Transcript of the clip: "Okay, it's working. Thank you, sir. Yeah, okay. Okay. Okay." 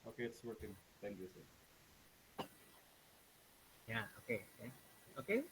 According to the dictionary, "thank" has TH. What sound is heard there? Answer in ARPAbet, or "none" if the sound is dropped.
T